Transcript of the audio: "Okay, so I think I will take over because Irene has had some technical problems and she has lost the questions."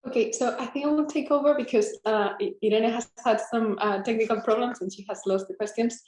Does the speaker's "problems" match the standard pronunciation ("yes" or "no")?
yes